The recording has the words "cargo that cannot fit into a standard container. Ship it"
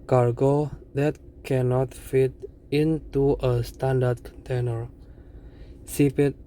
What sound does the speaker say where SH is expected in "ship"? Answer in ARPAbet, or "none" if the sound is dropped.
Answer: S